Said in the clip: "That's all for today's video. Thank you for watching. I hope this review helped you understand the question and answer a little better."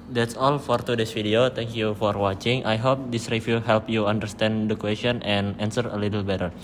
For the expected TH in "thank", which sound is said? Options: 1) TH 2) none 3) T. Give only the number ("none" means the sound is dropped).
3